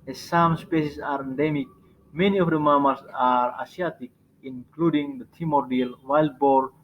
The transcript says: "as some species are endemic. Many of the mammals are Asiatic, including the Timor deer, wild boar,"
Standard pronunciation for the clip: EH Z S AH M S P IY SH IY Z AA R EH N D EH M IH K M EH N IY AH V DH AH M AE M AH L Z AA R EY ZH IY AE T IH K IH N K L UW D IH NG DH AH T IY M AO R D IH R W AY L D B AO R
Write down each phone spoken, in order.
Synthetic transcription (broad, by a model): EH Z S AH M S P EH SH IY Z AA R EH N D EH M IH K M EH N IY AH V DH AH M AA M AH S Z AA R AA S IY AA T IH K IH N K L UW D IH NG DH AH T IY M AO R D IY L W AY L D B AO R